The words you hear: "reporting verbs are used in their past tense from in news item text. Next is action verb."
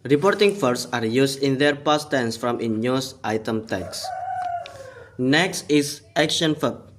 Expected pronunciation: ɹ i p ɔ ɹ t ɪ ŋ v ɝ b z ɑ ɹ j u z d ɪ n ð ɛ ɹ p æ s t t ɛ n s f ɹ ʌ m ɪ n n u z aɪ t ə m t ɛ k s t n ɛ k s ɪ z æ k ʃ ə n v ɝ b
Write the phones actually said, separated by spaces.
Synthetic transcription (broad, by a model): ɹ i p ɔ ɹ t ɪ ŋ f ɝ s ɑ ɹ j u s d ɪ n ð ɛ ɹ p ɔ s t t ɛ n s f ɹ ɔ m ɪ n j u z aɪ t ə m t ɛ k s n ɛ k s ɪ s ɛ k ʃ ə n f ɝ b